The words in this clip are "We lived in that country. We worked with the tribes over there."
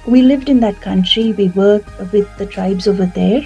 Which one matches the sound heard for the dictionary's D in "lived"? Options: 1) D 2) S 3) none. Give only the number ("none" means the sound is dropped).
1